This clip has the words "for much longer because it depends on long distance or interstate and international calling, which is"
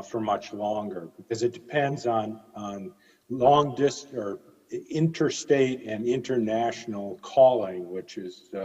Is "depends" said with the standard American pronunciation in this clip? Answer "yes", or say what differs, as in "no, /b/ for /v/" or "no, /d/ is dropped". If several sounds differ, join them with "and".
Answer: yes